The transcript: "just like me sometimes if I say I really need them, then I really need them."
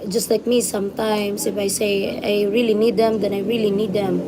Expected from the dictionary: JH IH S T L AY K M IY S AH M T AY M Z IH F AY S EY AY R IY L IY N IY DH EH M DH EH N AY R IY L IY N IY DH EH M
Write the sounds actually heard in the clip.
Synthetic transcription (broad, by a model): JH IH S T L AY K M IY S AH M T AY M S IH F AY S EY AY R IY L IY N IY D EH M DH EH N AY R IY L IY N IY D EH M